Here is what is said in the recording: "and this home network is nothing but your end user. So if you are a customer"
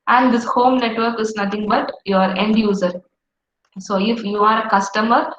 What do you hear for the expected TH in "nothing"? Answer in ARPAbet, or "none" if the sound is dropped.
T